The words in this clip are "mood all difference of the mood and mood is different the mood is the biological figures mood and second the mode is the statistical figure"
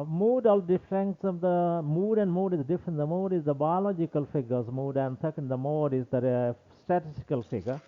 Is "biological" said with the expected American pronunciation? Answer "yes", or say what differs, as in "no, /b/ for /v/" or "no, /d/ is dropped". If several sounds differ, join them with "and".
yes